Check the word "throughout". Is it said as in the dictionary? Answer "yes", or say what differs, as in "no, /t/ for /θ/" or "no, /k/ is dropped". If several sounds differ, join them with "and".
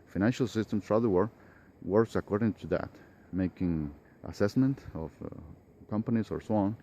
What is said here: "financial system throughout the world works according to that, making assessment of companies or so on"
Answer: no, /s/ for /θ/